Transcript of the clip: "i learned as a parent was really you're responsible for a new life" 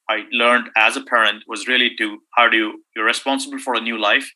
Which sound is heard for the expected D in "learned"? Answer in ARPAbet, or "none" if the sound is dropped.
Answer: D